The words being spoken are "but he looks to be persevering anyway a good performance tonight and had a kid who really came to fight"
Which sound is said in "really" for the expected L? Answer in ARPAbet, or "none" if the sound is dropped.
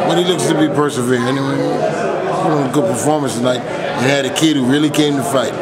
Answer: L